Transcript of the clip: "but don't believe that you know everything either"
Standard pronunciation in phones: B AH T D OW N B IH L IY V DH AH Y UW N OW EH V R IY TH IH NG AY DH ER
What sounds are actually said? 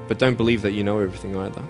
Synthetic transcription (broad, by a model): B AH T D OW N B IH L IY V DH AH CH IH N OW EH V R IY TH IH NG AY DH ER